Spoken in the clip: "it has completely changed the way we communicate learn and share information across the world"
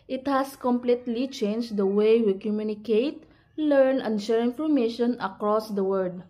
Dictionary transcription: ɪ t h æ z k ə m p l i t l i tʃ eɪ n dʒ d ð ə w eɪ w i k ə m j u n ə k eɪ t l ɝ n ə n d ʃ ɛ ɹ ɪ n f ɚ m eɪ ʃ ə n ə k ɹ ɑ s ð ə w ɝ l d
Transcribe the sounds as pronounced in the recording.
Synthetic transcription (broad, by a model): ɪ t h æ s k ə m p l i t l i tʃ eɪ n dʒ d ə w eɪ w i k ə m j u n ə k eɪ t l ɝ n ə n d ʃ ɛ ɹ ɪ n f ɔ m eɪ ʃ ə n ə k ɹ ɑ s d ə w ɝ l d